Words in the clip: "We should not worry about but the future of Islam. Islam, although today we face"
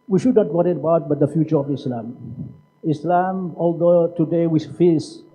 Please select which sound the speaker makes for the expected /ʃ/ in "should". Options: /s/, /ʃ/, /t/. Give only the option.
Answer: /ʃ/